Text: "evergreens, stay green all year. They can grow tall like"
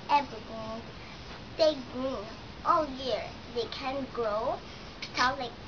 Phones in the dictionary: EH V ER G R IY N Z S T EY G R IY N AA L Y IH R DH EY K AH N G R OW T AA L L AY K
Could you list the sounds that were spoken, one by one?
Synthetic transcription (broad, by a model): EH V R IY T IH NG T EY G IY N AA L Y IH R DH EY K AH N G R OW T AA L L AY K